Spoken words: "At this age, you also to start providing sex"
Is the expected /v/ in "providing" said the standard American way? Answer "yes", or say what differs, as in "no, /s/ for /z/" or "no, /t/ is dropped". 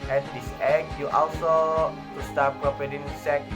no, /p/ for /v/